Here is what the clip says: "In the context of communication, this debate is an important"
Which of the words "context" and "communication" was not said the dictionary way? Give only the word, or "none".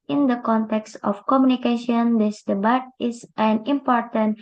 none